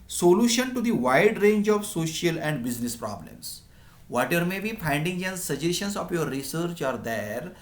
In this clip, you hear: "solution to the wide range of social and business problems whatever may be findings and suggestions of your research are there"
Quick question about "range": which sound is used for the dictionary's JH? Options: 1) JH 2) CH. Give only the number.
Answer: 1